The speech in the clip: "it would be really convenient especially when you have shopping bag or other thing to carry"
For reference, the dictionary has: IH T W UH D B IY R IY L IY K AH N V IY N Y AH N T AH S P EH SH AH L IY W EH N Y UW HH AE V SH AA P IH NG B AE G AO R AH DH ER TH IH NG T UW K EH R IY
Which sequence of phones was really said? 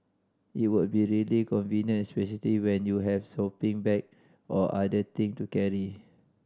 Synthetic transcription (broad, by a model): IH T W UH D B IY R IY L IY K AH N V IY N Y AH N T S P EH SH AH L IY W EH N Y UW HH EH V S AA P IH NG B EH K AO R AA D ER T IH NG T UW K EH R IY